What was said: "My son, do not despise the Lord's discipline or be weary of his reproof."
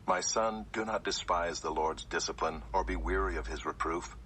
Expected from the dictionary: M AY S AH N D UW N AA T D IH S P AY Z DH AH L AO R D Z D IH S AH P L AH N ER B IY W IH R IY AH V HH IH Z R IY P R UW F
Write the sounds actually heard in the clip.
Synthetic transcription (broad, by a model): M AY S AH N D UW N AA T D IH S P AY Z DH AH L AO R D Z D IH S AH P L AH N ER B IY W IH R IY AH V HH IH Z R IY P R UW F